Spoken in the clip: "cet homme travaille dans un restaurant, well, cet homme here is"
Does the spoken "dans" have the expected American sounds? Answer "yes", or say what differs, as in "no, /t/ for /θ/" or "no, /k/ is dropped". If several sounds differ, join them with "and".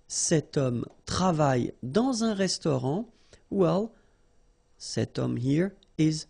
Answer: no, /n/ is dropped